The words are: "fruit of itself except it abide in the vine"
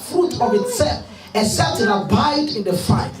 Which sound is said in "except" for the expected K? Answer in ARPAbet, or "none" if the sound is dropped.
none